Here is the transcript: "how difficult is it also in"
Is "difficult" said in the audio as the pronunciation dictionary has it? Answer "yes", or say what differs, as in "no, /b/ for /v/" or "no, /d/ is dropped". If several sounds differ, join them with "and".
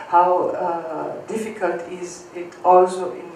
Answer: yes